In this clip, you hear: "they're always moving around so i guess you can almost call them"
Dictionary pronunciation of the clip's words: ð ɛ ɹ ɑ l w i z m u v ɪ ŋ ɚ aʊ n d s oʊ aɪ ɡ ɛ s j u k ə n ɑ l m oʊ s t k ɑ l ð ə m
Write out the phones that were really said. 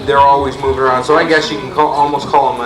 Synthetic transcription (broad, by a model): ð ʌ ɹ ɑ l w i z m u v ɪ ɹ aʊ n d s oʊ aɪ ɡ ɛ s j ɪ k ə l ɑ l m oʊ s k ɑ l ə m